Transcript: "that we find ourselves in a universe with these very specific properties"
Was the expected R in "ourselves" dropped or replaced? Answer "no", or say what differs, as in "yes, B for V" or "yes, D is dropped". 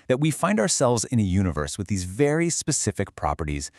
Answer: no